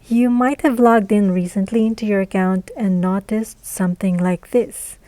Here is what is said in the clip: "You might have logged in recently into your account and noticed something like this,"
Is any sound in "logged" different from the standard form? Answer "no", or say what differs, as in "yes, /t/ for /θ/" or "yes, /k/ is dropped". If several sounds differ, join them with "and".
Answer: no